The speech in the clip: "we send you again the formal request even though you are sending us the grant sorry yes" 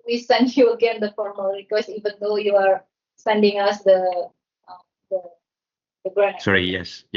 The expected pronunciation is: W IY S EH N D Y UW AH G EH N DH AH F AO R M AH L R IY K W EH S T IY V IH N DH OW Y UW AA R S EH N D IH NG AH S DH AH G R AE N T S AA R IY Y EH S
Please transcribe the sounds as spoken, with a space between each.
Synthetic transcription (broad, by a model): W IY S EH N D Y UW AH G EH N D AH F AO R M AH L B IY K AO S IY V IH N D OW Y UW AA R S EH N D IH NG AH S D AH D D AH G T S AA R IY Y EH S